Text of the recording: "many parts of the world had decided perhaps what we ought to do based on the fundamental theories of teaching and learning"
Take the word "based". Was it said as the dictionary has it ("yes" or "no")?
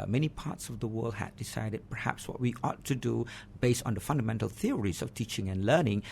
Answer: yes